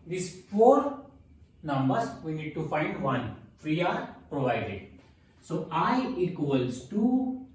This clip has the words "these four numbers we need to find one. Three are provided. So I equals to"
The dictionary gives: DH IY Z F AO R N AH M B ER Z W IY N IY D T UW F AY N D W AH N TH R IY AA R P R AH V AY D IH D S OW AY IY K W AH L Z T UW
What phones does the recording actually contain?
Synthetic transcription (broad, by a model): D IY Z F AO R N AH M B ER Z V IY N IY D T UW F AY N D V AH N F R IY AA R P R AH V AY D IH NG S OW AY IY K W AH L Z T UW